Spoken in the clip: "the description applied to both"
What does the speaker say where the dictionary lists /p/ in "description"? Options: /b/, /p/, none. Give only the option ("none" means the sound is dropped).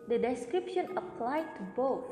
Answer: /p/